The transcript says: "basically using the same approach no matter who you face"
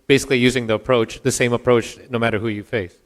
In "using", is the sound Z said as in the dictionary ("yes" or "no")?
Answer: yes